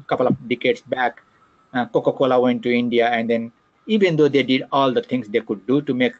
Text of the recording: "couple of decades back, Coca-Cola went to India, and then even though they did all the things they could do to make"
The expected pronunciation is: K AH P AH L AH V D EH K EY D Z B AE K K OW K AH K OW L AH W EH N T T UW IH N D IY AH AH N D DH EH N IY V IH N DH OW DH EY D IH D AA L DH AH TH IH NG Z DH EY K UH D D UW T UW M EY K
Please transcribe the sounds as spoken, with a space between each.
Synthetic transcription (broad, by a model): K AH P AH L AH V D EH K EY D S B AE K K OW K AH K OW L AH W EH N T T UW IH N D IY AH AH N D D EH N IY V IH N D OW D EY D IH D AA L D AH T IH NG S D EY K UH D D UW T UW M EY K